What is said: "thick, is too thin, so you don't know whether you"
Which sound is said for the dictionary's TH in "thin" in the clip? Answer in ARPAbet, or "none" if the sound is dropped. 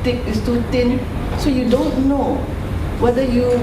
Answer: T